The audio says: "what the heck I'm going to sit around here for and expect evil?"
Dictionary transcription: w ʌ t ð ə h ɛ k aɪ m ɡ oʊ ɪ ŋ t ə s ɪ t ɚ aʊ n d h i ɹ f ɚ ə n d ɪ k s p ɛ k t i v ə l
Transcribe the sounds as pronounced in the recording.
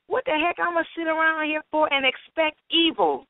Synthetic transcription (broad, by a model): w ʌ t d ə h ɛ k aɪ m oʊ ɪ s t s ɪ t ɚ aʊ n d h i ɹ f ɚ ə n ɪ k s p ɛ k t i v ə l